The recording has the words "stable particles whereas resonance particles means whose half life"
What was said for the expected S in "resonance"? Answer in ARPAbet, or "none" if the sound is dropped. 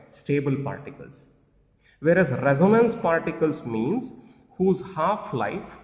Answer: S